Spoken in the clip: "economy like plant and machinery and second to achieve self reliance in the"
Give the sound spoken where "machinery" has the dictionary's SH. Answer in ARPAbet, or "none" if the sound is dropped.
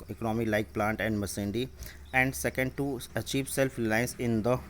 S